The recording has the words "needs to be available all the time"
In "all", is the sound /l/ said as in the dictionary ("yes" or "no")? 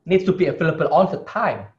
no